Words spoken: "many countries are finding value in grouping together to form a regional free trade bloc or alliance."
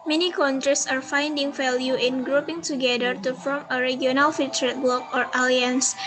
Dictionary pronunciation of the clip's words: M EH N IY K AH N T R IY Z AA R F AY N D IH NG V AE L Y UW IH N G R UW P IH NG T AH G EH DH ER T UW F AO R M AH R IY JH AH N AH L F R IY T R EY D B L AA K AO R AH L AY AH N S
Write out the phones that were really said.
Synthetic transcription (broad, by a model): M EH N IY K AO N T R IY S AA R F AY N D IH NG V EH L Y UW IH N G R UW P IH NG T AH G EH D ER T UW F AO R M AH R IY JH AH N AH L F IY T R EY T B L AA K AO R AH L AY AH N S